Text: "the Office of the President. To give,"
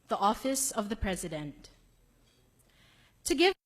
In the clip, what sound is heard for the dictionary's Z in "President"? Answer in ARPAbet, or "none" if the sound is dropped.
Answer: Z